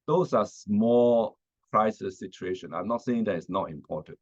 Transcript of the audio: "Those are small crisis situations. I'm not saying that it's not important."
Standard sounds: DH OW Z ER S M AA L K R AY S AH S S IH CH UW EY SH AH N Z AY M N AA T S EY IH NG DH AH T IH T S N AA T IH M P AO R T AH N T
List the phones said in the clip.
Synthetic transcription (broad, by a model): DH OW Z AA S M AA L K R AY S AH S S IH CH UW EY SH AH N AY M N AA T S EY IH NG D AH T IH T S N AA T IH M P AO T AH N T